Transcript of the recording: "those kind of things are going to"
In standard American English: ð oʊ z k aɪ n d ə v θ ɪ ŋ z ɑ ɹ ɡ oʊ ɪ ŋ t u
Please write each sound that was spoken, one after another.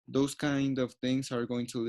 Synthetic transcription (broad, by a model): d oʊ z k aɪ n d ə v t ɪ ŋ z ɑ ɹ ɡ oʊ ɪ ŋ t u